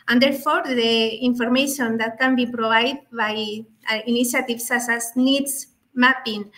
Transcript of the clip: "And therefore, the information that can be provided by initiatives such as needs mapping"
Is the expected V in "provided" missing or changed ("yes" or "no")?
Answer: yes